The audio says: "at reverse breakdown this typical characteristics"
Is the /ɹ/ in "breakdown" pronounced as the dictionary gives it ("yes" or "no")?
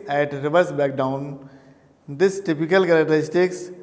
no